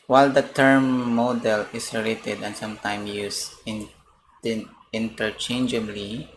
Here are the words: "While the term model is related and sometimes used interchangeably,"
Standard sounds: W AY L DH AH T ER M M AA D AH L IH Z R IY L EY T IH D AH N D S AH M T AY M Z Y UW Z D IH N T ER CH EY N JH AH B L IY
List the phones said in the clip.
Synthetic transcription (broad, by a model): W AY L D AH T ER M M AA D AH L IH S R IY L EY T IH D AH N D S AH M T AY M Y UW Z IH N T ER CH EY N JH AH B L IY